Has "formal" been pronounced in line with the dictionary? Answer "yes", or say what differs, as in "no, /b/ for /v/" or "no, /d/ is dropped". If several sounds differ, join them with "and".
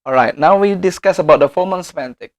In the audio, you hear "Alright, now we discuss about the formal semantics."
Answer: no, /n/ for /l/